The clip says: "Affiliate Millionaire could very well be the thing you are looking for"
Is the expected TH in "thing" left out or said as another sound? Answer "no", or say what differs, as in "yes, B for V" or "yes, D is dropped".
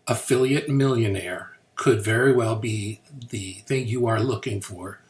no